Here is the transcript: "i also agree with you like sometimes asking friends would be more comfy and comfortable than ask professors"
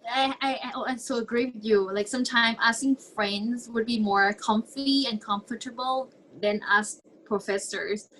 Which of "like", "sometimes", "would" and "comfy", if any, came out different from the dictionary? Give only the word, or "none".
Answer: sometimes